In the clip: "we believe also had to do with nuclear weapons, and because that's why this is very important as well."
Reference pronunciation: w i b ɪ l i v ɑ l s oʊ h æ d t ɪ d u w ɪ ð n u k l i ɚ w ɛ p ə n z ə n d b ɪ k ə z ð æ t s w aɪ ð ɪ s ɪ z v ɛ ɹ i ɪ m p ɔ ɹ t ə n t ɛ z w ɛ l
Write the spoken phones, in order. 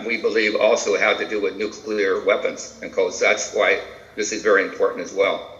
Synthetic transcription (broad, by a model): w i b ɪ l i v ɑ l s oʊ h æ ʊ t ɪ d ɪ w ɪ ð n u k l i ɚ w ɛ p ə n z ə n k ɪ ə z ð æ t s w aɪ ð ɪ s ɪ z v ɛ ɹ i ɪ m p ɔ ɹ t n t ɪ z w ɛ l